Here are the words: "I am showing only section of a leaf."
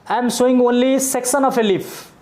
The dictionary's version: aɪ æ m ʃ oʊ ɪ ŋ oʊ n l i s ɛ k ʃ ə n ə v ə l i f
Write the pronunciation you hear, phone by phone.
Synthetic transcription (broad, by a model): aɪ m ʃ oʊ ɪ ŋ oʊ n l i s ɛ k s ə n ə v ə l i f